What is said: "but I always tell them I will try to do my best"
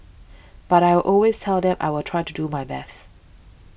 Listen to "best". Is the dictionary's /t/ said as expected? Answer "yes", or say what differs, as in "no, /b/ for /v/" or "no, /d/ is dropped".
yes